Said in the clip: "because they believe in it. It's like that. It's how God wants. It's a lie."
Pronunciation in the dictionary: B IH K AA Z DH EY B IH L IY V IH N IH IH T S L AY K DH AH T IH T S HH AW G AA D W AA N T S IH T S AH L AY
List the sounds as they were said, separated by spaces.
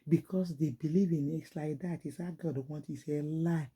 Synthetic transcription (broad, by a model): B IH K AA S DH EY B IH L IY V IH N IH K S L AY K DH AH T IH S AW G AA D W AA N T IH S AH L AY